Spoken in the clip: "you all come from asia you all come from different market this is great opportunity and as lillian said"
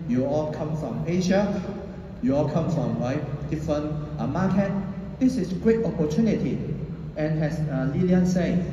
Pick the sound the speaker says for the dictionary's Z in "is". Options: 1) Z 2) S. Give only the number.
2